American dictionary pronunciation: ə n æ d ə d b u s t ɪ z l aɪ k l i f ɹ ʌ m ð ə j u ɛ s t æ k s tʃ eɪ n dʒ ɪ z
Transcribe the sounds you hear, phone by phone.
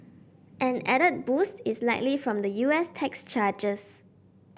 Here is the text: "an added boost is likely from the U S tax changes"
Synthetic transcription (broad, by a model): ə n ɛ d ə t b u s t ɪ s l aɪ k l i f ɹ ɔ m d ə j u ɛ s t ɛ k s tʃ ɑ dʒ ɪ s